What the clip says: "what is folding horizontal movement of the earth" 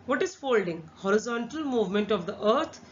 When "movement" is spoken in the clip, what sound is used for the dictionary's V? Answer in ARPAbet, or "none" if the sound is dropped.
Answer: V